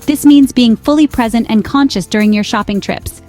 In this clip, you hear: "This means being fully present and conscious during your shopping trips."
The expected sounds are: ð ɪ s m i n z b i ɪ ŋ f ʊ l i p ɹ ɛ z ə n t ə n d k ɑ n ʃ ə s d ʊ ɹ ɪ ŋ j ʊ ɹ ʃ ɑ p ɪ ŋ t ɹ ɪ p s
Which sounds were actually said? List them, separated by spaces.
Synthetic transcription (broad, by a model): ð ɪ s m i n z b i ɪ ŋ f ʊ l i p ɹ ɛ z ə n t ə n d k ɑ n ʃ ə s d ʊ ɹ ɪ ŋ j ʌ ɹ ʃ ɑ p ɪ ŋ t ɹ ɪ p s